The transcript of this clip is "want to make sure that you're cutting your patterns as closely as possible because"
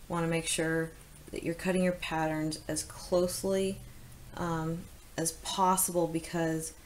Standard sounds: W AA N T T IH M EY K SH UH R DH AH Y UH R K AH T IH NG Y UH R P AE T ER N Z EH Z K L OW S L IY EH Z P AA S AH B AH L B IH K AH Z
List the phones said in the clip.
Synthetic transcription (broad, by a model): W AA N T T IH M EY K SH UH R DH AH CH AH R K AH T IH NG Y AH R P AE T ER N Z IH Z K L OW S L IY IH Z P AA S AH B L B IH K AH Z